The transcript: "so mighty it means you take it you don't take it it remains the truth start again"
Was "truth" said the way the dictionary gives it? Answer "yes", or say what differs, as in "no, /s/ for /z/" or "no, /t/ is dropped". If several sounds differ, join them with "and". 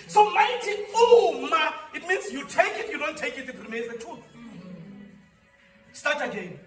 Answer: no, /ɹ/ is dropped